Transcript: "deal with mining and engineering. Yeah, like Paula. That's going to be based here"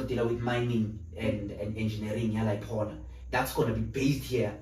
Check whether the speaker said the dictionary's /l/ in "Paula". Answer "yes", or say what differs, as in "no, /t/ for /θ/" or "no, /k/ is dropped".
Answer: no, /n/ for /l/